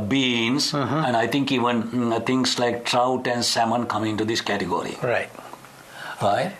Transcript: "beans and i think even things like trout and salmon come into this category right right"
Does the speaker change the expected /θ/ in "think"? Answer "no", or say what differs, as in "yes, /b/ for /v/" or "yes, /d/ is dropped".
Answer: yes, /t/ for /θ/